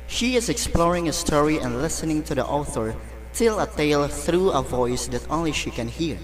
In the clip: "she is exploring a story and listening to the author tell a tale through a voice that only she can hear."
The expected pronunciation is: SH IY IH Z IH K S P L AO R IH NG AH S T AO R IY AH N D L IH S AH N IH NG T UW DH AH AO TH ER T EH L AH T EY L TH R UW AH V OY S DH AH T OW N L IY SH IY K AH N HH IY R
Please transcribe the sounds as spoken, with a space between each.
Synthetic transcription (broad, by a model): SH IY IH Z IH K S P L AO R IH NG AH S T AO R IY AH N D L IH S AH N IH NG T UW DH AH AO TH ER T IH L AH T EY L TH R UW AH V OY S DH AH T OW N L IY SH IY K AH N HH IY R